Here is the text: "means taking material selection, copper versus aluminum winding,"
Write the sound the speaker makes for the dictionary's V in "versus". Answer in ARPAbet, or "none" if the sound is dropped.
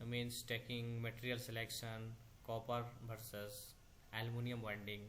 B